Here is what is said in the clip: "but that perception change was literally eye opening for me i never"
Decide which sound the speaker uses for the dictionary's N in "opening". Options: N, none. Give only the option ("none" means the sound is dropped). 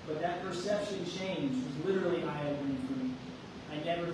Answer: none